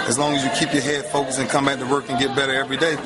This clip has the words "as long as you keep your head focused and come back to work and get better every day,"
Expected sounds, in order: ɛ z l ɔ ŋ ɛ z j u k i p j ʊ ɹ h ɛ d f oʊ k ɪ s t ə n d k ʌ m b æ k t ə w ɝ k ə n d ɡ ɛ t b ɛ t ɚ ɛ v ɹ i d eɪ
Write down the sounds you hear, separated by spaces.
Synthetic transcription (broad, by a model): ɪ z l ɔ ŋ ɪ z j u k i p j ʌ ɹ h ɛ d f oʊ k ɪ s ə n k ʌ m b æ k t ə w ɝ k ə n ɡ ɛ t b ɛ t ɚ ɛ v ɹ i d eɪ